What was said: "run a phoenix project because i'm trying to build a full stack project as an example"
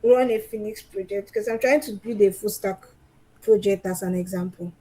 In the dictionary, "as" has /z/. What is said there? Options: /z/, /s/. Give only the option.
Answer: /s/